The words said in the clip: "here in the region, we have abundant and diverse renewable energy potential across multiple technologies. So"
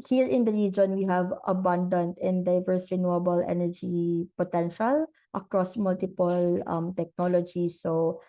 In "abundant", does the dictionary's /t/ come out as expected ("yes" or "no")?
yes